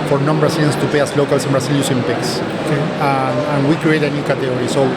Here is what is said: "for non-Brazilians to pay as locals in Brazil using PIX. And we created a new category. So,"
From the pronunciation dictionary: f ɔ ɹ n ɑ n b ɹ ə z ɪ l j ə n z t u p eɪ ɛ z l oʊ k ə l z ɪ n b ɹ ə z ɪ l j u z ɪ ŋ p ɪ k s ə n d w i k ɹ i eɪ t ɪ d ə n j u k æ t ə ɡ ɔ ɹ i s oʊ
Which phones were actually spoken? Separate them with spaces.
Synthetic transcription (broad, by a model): f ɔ ɹ n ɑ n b ɹ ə s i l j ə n s t u p eɪ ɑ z l oʊ k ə l s ɪ n b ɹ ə s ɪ l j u s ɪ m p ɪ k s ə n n w i k ɹ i eɪ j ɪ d ə n j u k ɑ t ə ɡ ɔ ɹ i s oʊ